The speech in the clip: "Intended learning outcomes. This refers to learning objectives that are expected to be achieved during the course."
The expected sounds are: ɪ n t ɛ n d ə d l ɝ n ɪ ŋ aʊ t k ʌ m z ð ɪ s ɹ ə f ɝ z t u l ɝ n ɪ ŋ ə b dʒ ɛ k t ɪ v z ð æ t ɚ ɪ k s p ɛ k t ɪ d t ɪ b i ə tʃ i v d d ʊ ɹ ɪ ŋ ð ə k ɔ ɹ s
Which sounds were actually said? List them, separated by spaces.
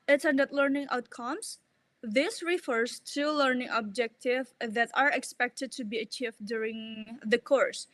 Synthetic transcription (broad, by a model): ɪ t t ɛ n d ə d l ɝ n ɪ ŋ aʊ t k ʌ m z ð ɪ s ɹ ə f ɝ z t u l ɝ n ɪ ŋ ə b dʒ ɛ k t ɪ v ð æ t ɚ ɪ k s p ɛ k t ɪ d t ɪ b i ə tʃ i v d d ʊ ɹ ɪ ŋ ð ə k ɔ ɹ s